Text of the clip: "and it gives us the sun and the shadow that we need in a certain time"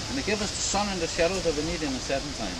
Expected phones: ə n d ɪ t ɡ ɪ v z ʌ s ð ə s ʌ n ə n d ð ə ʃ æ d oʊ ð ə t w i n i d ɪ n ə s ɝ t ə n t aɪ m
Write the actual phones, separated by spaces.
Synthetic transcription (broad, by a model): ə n ɪ t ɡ ɪ v ʌ s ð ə s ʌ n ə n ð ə ʃ æ d oʊ ð ə t w i n i d ɪ n ə s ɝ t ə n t aɪ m